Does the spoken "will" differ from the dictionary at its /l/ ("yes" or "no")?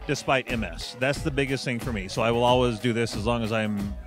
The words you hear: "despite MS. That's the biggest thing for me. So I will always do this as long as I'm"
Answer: no